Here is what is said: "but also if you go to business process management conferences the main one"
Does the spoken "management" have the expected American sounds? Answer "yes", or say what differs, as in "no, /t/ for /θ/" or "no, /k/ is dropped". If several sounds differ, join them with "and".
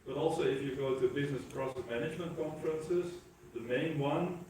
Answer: yes